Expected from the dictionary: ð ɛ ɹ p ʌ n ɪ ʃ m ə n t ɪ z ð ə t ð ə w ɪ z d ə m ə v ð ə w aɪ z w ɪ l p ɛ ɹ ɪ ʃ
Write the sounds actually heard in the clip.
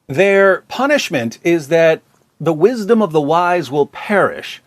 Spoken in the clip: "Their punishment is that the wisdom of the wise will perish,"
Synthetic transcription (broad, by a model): ð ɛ ɹ p ʌ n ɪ ʃ m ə n t ɪ z ð ə t ð ə w ɪ z d ə m ə v ð ə w aɪ z w ɪ l p ɛ ɹ ɪ ʃ